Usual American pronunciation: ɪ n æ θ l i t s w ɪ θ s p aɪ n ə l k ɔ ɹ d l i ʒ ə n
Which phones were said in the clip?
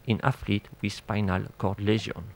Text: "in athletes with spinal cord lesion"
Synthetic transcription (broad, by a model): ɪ n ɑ f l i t w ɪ s p aɪ n ə l k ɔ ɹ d l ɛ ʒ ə n